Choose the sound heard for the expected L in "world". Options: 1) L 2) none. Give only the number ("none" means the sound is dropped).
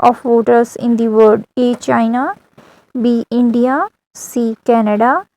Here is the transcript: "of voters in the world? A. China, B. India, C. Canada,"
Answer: 2